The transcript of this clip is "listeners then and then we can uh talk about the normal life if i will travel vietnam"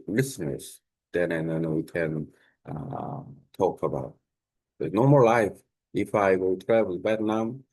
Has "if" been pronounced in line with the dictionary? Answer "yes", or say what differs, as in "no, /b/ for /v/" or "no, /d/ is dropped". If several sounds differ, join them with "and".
yes